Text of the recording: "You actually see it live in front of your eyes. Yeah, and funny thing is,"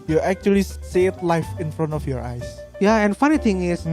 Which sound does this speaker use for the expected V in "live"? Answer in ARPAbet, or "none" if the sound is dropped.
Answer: F